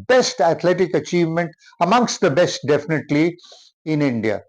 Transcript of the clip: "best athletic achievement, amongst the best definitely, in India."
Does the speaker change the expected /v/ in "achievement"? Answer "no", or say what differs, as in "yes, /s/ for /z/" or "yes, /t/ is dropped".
no